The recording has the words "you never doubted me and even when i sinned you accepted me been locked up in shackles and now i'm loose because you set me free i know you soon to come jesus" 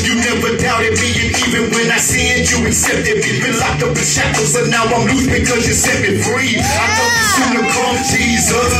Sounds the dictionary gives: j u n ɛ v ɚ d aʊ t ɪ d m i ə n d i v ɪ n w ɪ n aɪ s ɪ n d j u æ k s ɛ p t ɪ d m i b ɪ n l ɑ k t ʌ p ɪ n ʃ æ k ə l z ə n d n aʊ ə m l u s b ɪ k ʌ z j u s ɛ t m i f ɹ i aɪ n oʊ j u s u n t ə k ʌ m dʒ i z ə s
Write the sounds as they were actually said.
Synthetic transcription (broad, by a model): j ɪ n ɛ v ɚ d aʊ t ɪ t m i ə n i v ɪ n w ɪ n aɪ s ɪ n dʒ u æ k s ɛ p t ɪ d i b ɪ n l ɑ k ʌ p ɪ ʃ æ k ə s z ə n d n aʊ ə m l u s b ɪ k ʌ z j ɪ s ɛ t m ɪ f ɹ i aɪ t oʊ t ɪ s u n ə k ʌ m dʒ i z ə s